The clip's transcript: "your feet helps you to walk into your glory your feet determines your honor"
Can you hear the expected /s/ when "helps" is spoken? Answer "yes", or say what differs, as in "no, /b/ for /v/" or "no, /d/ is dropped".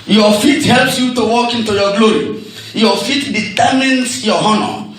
yes